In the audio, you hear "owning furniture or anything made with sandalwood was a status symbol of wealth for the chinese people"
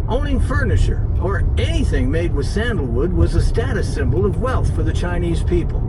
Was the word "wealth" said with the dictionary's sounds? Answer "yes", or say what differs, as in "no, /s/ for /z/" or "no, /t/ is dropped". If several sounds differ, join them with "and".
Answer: yes